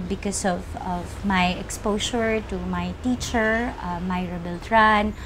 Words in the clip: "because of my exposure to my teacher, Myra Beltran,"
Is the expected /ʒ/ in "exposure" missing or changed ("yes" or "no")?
yes